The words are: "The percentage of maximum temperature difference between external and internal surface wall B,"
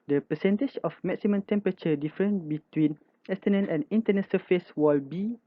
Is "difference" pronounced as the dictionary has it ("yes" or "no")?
no